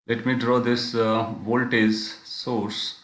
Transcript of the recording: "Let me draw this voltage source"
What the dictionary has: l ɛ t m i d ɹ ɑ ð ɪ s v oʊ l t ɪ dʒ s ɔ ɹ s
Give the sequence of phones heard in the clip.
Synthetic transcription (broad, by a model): l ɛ t m i d ɹ ɑ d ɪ s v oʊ l t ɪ z s ɔ ɹ s